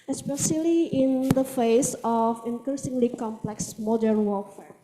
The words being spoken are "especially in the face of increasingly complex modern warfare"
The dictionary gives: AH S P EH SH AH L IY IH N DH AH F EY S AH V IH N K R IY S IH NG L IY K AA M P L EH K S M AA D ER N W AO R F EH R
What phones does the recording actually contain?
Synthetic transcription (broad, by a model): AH S P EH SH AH L IY IH N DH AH F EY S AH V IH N K R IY S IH NG L IY K AA M P L EH K S M AA D ER N W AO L F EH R